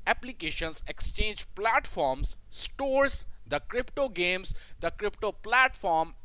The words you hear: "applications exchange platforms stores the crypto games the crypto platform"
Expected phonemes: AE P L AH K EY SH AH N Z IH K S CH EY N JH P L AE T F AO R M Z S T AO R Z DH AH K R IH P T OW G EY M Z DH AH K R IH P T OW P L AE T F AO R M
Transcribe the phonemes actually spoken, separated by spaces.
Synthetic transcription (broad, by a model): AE P L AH K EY SH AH N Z IH K S CH EY N JH P L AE T F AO R M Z S T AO R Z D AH K R IH P T OW G EY M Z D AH K R IH P T OW P L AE T F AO R M